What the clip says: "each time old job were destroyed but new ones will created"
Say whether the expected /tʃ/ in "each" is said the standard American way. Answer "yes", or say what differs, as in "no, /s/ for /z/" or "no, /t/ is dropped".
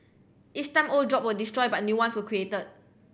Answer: no, /s/ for /tʃ/